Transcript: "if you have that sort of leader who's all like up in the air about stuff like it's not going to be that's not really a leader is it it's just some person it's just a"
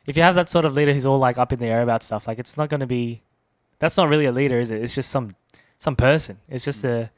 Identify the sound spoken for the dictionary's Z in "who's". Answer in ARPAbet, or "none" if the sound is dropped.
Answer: Z